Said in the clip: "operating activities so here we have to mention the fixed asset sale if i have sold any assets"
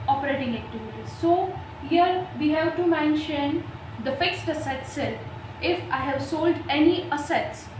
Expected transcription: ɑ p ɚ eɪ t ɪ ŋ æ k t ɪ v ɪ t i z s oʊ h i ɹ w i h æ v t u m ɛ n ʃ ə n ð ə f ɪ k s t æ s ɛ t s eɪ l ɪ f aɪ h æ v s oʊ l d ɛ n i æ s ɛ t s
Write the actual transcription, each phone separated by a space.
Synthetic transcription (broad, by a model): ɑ p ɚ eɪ t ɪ ŋ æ k t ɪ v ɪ t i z s oʊ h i ɹ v i h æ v t u m ɛ n ʃ ə n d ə f ɪ k s t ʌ s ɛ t s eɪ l ɪ f aɪ h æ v s oʊ l d ɛ n i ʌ s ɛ t s